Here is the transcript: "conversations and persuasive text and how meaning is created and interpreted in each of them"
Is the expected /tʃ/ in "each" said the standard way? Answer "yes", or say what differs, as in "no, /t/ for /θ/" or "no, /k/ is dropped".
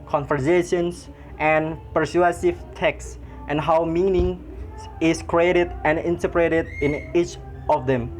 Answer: yes